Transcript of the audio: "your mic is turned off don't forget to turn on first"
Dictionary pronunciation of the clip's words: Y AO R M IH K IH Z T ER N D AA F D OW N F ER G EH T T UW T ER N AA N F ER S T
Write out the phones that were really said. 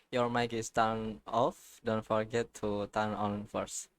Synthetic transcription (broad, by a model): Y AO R M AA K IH S T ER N AA F D OW N F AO G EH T T UW T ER N AA N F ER S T